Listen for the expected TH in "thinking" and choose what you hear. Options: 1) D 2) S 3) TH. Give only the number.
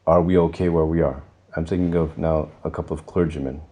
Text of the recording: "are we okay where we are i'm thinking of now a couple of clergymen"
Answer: 2